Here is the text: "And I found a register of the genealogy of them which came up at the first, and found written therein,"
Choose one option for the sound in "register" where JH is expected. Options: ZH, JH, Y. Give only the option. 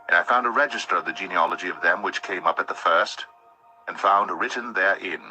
JH